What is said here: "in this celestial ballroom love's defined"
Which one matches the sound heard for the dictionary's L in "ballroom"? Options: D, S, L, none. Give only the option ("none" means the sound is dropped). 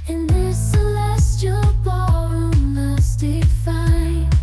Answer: none